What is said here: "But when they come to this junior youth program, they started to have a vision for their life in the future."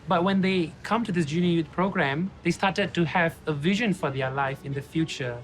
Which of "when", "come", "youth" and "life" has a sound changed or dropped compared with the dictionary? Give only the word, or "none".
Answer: youth